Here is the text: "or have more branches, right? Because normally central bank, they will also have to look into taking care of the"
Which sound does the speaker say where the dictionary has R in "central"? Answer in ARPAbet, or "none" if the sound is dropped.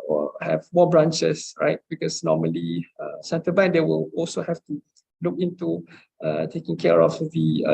none